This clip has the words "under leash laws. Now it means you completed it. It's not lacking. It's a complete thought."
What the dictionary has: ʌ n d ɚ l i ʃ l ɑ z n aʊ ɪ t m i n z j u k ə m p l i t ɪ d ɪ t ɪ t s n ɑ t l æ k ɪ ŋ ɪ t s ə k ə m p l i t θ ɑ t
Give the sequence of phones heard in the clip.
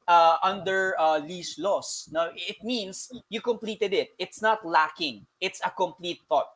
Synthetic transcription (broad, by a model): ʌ n d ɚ l i s l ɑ s n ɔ ɪ t m i n s j u k ə m p l i t ɪ d ɪ t ɪ t s n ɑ t l æ k ɪ ŋ ɪ t s ə k ə m p l i t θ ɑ t